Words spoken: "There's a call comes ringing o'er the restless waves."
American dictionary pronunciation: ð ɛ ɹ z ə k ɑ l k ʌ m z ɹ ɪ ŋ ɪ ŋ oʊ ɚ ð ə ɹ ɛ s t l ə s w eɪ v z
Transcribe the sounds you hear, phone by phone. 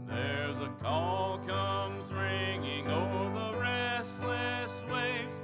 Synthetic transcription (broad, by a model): ð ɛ ɹ z ə k ɑ l k ʌ m z ɹ ɪ ŋ ɪ ŋ oʊ ɚ ð ə ɹ ɛ s t l ə s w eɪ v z